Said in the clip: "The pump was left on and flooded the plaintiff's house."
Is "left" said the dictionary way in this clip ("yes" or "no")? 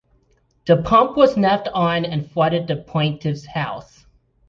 no